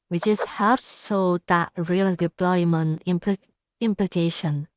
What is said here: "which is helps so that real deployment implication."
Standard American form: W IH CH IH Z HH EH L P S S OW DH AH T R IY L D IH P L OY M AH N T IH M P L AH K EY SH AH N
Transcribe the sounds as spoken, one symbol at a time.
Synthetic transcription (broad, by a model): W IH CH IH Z HH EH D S S OW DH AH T R IY L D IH P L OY M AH N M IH M P L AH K EY SH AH N